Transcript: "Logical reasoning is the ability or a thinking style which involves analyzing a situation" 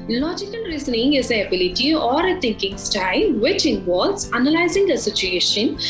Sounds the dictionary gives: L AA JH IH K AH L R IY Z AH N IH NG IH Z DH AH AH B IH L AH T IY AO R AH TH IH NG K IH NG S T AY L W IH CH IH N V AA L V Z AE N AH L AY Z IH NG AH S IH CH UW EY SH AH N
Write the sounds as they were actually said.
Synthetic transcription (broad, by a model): L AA JH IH K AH L R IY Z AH N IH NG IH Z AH AH B IH L AH T IY AO R AH T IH NG K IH NG S T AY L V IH CH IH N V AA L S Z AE N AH L AY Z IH NG AH S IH CH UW EY SH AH N